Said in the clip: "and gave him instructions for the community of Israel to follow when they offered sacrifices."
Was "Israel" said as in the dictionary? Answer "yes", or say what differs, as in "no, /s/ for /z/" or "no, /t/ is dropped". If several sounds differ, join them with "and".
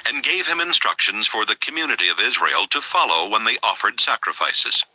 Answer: yes